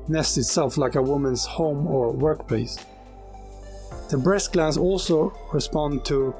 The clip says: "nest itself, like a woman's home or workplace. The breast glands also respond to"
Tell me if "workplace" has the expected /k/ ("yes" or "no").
yes